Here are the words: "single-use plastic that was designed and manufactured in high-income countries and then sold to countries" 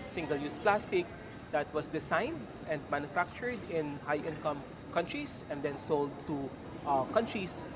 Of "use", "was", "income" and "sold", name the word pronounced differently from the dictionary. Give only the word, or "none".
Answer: was